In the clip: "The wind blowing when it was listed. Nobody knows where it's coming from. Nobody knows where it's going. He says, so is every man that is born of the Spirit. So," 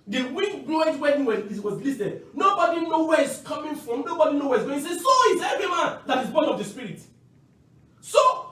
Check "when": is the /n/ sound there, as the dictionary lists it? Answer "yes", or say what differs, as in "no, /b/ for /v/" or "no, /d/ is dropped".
no, /n/ is dropped